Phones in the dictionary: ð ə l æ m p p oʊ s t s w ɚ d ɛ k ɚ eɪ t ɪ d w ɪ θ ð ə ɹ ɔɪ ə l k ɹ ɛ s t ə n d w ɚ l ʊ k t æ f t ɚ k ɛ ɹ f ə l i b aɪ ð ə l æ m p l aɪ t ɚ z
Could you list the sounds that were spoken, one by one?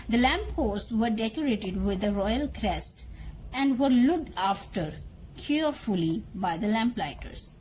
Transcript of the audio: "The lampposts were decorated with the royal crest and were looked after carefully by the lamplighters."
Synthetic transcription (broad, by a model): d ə l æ m p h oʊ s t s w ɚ d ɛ k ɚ eɪ t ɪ d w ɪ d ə ɹ ɔɪ ə l k ɹ ɛ s t ə n d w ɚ l ʊ k t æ f t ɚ k ɛ ɹ f ə l i b aɪ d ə l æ m p l aɪ t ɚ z